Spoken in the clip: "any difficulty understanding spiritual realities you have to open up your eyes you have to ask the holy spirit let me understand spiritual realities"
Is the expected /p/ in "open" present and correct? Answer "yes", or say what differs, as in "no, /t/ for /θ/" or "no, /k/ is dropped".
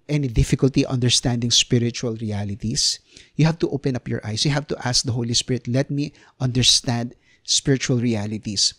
yes